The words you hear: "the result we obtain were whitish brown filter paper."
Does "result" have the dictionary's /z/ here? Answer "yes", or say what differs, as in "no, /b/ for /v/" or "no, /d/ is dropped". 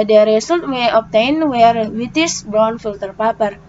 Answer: no, /s/ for /z/